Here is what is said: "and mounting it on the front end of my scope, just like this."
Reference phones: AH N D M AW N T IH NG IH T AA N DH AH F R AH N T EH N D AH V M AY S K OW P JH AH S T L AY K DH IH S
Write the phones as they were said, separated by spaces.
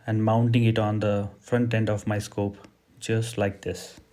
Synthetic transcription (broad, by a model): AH N D M AW N T IH NG IH T AA N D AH F R AH N T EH N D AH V M AY S K OW P JH AH S T L AY K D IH S